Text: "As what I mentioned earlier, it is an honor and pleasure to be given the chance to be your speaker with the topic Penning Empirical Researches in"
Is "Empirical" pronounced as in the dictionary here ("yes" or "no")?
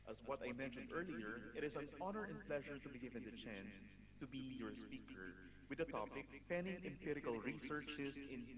yes